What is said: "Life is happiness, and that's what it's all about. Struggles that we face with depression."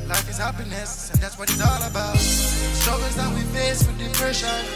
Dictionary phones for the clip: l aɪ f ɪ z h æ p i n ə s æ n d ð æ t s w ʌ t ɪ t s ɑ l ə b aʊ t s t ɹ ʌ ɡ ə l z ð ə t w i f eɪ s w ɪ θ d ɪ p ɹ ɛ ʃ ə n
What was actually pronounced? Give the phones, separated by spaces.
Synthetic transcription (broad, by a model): l aɪ f ɪ z h æ p i n ə s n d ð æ t s w ʌ t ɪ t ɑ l ə b aʊ t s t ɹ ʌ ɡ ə z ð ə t w i f eɪ s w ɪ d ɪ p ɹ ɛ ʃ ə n